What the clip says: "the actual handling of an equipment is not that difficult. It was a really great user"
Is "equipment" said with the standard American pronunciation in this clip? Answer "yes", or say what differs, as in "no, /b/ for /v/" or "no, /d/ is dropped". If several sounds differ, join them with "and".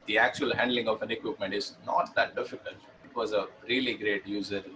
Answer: yes